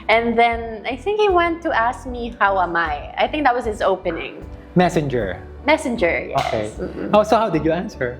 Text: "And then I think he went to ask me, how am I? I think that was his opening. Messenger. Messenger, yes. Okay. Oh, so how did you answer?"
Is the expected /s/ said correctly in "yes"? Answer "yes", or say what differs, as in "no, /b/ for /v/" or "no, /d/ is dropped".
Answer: no, /s/ is dropped